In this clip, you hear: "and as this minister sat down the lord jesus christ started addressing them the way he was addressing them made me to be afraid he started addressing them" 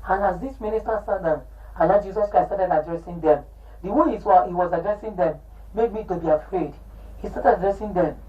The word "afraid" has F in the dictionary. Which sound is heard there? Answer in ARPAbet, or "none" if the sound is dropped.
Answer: F